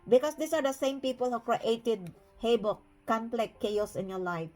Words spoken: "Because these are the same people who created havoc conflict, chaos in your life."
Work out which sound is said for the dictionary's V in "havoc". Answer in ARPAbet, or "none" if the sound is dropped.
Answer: B